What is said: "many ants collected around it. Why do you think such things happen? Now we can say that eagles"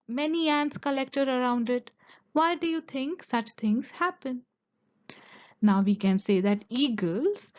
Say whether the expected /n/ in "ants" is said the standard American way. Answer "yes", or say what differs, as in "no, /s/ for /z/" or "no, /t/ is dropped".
yes